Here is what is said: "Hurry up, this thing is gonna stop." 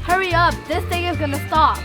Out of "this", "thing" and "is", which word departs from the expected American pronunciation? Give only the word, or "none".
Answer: none